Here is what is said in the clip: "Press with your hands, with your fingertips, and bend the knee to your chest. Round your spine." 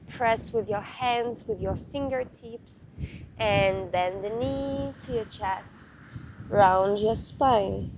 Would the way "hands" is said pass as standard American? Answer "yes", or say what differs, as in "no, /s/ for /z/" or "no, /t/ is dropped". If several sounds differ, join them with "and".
yes